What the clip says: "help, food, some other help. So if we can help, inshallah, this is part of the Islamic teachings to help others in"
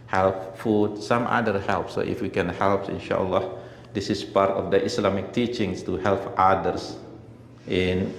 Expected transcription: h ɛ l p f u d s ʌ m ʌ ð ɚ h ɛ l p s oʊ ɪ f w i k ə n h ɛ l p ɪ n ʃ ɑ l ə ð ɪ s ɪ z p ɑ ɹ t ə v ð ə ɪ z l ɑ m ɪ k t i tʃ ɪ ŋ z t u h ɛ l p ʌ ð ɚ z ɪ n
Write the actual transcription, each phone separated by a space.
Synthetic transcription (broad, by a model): h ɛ l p f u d s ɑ m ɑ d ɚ h ɛ l p s oʊ ɪ f w i k ə n h ɛ l p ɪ n ʃ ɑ l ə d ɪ s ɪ s p ɑ ɹ t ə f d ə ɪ s l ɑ m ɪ k t i tʃ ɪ ŋ s t u h ɛ l p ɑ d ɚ s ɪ n